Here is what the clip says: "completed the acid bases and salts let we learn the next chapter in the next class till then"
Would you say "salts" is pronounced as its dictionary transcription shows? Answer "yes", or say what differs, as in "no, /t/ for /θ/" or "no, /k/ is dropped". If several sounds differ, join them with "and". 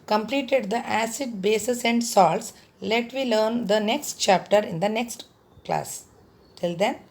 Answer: yes